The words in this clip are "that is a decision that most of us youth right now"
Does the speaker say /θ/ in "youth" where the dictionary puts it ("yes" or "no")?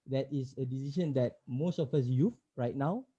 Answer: no